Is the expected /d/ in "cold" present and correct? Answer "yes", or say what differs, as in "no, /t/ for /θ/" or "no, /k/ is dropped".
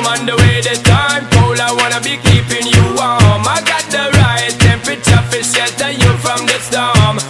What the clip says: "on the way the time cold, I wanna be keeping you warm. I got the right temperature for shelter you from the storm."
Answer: no, /d/ is dropped